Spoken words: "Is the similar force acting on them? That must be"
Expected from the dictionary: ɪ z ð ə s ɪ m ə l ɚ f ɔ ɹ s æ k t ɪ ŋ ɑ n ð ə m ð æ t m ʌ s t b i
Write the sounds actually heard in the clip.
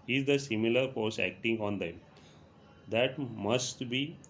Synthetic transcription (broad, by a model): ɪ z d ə s ɪ m ə l ɚ p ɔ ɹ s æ k t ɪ ŋ ɑ n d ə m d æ t m ʌ s t b i